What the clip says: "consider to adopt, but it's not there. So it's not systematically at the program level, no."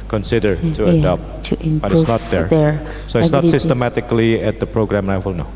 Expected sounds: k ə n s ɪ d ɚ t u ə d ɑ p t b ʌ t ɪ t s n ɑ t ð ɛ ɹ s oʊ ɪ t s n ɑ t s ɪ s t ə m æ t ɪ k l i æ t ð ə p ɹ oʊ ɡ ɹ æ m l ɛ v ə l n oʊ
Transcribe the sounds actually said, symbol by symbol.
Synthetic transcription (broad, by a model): k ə n s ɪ d ɚ t u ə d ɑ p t b ʌ t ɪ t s n ɑ t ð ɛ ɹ s oʊ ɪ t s n ɑ t s ɪ s t ə m æ t ɪ k l i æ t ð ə p ɹ oʊ ɡ ɹ æ m n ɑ w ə l n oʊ